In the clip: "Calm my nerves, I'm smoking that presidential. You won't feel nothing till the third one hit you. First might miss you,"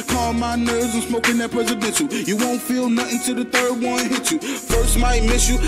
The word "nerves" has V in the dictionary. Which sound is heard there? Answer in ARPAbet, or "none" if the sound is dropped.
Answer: none